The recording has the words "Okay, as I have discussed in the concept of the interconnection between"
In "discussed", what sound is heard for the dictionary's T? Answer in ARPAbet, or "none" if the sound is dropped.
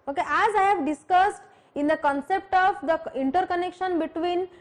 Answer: T